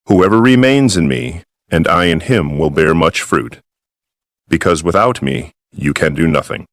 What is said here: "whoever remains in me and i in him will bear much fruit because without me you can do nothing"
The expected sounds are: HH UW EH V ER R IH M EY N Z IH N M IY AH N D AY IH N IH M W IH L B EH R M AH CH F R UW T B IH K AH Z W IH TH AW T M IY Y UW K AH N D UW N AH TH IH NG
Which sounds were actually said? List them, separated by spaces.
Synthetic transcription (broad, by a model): HH UW EH V ER R IH M EY N Z IH N M IY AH N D AY IH N IH M W IH L B EH R M AH CH F R UW T B IH K AH Z W IH TH AW T M IY Y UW K AH N D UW N AH TH IH NG